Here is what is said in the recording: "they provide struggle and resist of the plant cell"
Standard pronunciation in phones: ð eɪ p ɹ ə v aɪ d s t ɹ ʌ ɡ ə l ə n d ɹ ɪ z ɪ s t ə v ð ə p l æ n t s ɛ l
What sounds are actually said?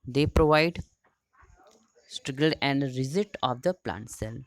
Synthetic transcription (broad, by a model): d eɪ p ɹ ə v aɪ d s t ɹ ʌ ɡ ə l ə n d ɹ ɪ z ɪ t ə v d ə p l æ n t s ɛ l